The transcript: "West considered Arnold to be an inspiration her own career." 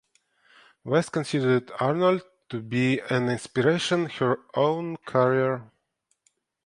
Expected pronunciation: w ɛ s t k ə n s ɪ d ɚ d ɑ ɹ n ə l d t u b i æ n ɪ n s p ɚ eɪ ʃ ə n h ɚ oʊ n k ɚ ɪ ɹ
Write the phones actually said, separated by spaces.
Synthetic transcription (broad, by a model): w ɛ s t k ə n s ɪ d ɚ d ɑ ɹ n ə l d t u b i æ n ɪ n s p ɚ eɪ ʃ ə n h ɚ oʊ n k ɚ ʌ ɹ